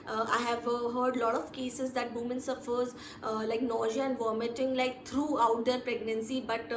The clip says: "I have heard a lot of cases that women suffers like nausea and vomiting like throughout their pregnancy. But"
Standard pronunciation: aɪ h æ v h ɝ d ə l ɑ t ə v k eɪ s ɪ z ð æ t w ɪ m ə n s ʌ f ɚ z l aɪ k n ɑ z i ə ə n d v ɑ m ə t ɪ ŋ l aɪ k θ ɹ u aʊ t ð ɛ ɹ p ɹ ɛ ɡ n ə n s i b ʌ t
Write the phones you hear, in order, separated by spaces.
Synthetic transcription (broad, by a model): aɪ h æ v h ɝ d l ɑ t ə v k eɪ s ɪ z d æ t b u m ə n s ʌ f ɚ z l aɪ k n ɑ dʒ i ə ə n d v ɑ m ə t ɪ ŋ l aɪ k t ɹ u aʊ t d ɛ ɹ p ɹ ɛ ɡ n ə n s i b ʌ t